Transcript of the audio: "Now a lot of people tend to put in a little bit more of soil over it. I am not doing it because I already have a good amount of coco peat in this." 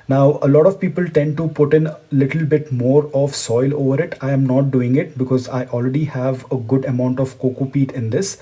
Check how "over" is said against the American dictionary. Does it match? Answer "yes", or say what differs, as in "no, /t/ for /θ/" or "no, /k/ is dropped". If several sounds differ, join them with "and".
yes